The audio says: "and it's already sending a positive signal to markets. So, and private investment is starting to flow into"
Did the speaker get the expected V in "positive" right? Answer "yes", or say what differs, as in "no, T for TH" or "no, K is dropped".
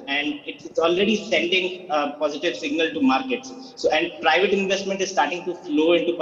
yes